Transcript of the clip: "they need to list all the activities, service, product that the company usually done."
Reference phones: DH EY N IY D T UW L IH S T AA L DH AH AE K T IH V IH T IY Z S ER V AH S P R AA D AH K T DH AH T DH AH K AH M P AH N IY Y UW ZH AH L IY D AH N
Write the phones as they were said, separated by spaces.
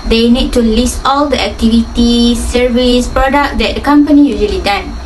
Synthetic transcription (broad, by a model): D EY N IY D T UW L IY S T AA L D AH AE K T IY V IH T IY S ER V AH S P R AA D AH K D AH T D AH K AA M P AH N IY Y UW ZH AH L IY D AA N